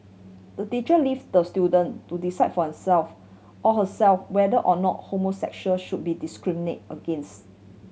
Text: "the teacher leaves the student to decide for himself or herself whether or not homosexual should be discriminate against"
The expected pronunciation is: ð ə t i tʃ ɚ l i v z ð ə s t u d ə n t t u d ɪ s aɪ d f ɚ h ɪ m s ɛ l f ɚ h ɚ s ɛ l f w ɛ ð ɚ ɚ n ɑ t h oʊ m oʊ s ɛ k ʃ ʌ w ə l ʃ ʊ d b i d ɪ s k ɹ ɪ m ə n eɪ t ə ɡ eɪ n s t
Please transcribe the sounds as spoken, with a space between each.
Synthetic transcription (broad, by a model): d ə t i tʃ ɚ l i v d ə s t u d ə n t t u d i s aɪ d f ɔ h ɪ s ɛ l f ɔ h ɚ s ɛ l f w ɛ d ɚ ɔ n ɑ t h oʊ m oʊ s ɛ k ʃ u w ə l ʃ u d b i d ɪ s k ɹ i m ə n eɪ t ə ɡ eɪ n s t